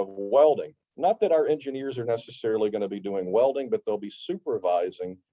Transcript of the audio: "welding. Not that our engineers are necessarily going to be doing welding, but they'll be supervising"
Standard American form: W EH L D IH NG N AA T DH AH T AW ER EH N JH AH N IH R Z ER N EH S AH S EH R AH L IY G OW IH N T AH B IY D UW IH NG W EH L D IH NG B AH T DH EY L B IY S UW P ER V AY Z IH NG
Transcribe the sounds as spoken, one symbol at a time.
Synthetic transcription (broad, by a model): W EH L D IH NG N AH T DH AH T AW ER EH N JH AH N IH R Z ER N EH S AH S EH R L IY G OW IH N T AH B IY D UW IH NG W EH L D IH NG B AH T DH EY L B IY S UW P ER V AY Z IH NG